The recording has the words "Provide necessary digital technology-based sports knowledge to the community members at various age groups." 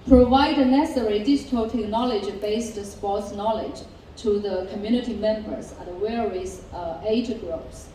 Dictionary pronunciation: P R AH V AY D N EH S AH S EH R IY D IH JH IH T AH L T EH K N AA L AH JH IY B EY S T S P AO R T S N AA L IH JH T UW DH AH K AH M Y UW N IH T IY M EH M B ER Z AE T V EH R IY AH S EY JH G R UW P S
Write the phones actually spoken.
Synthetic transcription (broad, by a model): P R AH V AY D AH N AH S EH R IY D IH JH IH T AH L T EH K N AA L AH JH B EY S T S P AO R T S N AA L IH JH T UW DH AH K AH M Y UW N IH T IY M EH M B ER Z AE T W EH R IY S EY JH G R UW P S